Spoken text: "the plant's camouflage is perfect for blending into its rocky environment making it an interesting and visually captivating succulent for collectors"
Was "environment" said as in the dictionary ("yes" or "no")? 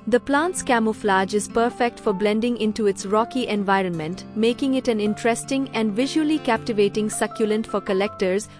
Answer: yes